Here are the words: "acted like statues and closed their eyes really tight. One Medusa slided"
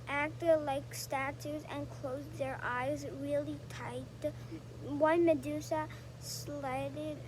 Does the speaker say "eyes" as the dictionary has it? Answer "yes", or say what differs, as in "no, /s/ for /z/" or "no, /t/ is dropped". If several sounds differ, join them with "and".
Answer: yes